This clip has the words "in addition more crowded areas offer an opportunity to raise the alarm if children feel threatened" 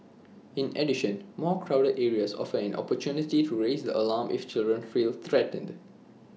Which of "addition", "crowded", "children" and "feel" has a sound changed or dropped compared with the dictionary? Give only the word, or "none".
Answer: none